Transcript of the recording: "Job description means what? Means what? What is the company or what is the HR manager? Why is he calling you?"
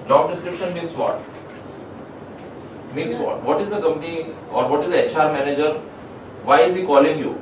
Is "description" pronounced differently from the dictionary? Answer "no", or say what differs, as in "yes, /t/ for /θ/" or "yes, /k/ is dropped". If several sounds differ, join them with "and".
no